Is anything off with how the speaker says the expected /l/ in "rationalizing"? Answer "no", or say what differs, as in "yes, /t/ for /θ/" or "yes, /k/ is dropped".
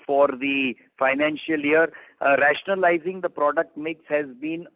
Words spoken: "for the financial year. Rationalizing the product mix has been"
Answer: no